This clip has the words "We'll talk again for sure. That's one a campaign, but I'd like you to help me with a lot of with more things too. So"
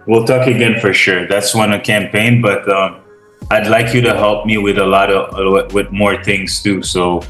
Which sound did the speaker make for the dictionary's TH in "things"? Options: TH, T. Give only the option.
TH